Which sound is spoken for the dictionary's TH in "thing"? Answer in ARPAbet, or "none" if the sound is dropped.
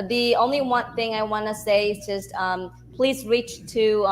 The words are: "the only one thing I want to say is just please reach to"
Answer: TH